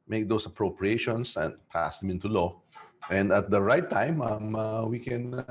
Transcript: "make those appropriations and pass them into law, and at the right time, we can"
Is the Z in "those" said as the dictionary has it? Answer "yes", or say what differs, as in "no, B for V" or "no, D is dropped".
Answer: no, S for Z